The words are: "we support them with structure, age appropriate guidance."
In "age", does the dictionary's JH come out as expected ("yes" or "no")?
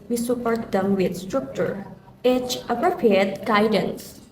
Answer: no